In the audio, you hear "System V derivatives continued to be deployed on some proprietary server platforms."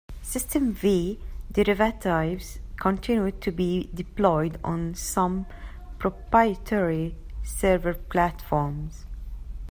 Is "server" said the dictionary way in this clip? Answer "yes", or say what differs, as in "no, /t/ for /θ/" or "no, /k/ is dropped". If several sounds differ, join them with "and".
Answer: yes